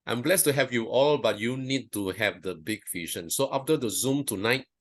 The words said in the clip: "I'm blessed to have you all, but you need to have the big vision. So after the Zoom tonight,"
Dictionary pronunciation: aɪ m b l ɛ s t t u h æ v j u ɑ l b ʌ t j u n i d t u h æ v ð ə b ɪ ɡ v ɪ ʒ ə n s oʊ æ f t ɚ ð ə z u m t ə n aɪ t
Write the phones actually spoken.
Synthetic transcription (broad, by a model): aɪ m b l ɛ s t t u h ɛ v j u ɑ l b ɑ t j u n i d t u h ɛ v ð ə b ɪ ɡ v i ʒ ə n s oʊ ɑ f t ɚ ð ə z u m t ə n aɪ t